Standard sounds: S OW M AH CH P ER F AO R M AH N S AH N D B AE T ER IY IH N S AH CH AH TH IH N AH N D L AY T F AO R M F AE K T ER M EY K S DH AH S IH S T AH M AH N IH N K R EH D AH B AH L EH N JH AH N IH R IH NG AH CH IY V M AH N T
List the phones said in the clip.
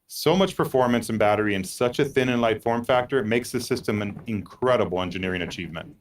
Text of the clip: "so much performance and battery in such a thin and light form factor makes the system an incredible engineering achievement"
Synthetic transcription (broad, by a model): S OW M AH CH P ER F AO R M AH N S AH N B AE T ER IY IH N S AH CH AH TH IH N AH N L AY T F AO R M F AE K T ER M EY K S DH AH S IH S T AH M AH N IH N K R EH D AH B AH L EH N JH AH N IH R IH NG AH CH IY V M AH N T